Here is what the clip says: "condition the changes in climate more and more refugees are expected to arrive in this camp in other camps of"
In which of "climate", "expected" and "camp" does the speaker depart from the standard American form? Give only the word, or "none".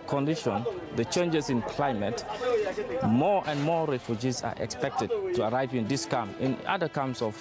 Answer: camp